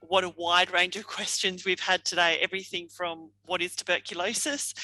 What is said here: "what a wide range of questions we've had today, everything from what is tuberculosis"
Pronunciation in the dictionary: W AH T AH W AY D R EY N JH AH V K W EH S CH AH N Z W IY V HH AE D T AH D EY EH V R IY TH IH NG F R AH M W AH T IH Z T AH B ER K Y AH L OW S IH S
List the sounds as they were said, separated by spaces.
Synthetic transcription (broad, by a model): W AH T AH W AY D R EY N JH AH V K W EH S CH AH N Z W IY V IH D T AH D EY EH V R IY TH IH NG F R AH M W AH T IH Z T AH B ER K Y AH L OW S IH S